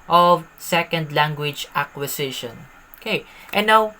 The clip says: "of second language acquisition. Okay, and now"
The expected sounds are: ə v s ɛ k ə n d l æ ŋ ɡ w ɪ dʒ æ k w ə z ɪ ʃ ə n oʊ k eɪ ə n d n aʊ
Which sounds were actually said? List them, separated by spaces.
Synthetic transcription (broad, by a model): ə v s ɛ k ə n d l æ ŋ ɡ w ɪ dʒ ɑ k w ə s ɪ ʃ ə n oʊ k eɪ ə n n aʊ